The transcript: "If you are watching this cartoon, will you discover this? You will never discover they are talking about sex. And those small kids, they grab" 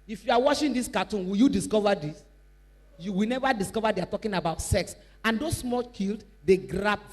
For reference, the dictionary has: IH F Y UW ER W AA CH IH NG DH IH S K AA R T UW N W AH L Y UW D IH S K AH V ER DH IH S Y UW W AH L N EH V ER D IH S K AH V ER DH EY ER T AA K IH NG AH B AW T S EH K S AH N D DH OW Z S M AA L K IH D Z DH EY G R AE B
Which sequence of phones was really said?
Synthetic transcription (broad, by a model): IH F Y UW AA W AA SH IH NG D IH S K AA T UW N W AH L Y UW D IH S K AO V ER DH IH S Y UW W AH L N EH V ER D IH S K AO V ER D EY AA T AA K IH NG AH B AW T S EH K S AH N D OW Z S M AA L K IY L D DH EY G R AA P